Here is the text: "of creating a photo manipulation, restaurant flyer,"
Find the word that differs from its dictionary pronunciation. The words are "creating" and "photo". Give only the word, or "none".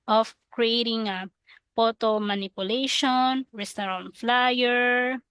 photo